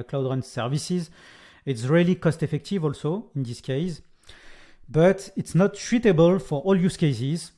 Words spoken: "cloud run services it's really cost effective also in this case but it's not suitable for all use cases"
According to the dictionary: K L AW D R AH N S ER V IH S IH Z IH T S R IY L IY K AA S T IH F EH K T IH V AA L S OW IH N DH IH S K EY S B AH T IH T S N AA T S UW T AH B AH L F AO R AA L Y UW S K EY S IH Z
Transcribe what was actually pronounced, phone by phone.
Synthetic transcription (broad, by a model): K L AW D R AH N S ER V IH S IH Z IH T S R IY L IY K AA S T IH F EH K T IH V AA L S OW IH N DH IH S K EY S B AH T IH T S N AA T SH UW T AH B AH L F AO R AA L Y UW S K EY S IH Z